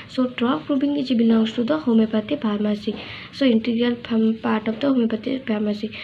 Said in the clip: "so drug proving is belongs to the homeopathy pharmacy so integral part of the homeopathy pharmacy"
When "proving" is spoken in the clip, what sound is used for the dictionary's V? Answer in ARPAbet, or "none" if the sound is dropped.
B